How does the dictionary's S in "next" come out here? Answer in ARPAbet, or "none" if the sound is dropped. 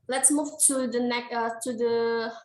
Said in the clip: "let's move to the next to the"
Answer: none